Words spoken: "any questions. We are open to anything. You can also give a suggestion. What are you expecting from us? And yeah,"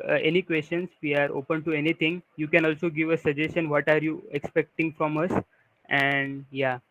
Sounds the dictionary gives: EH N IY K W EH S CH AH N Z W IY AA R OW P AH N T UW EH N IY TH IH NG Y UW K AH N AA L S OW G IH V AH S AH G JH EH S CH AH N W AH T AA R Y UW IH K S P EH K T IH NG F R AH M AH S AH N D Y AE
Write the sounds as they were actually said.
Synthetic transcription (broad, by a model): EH N IY K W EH S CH AH N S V IY AA R OW P AH N T UW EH N IY T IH NG Y UW K AH N AA L S OW G IH V AH S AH JH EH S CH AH N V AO T AA R Y UW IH K S P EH K T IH NG F R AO M AH S AH N D Y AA